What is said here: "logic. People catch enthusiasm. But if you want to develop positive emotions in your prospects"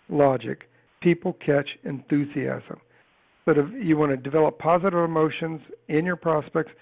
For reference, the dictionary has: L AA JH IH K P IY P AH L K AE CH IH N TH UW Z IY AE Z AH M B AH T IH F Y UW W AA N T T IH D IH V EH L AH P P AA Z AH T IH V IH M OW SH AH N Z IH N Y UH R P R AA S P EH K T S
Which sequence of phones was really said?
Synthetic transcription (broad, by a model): L AA JH IH K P IY P L K AE CH IH N TH UW Z IY AE Z AH M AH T IH F Y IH W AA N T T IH D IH V EH L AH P P AA Z AH T IH V IH M OW SH AH N Z IH N Y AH R P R AA S P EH K T S